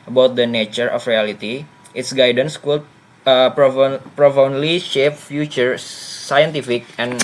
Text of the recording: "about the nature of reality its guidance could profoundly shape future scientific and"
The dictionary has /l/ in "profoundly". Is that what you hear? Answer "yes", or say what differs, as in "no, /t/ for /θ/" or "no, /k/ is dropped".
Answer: yes